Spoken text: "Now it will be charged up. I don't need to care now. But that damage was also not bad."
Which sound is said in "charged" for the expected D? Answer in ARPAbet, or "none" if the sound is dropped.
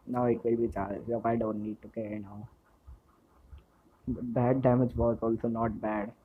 none